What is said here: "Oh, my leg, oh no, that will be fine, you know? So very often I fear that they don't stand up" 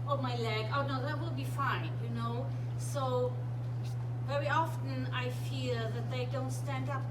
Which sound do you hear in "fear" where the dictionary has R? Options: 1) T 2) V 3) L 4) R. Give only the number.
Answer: 3